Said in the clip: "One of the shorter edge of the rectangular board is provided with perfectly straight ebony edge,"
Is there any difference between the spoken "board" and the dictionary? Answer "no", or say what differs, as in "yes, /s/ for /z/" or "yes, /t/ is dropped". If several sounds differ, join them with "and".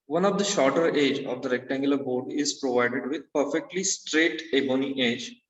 no